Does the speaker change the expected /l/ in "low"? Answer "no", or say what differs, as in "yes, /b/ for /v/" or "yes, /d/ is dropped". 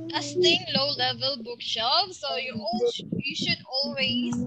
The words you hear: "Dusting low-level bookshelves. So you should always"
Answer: no